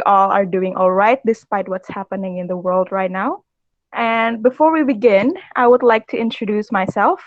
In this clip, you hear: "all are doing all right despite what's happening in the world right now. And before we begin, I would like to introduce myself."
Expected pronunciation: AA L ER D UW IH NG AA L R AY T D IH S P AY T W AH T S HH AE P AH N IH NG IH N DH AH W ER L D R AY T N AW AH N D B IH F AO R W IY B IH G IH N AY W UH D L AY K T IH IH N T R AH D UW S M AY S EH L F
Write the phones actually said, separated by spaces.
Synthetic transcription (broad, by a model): AA L ER D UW IH NG AA L R AY T D IH S P AY T W AH T S HH AE P AH N IH NG IH N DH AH W ER L D R AY T N AW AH N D B IH F AO R W IY B IH G IH N AY W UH D L AY K T IH IH N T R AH D UW S M AY S EH L F